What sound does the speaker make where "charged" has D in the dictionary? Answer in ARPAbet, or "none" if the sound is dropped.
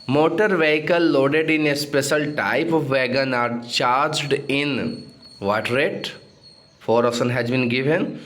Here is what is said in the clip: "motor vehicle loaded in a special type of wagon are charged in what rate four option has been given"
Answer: D